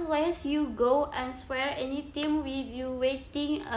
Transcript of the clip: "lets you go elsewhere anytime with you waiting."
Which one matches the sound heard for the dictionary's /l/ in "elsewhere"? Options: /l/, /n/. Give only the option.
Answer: /n/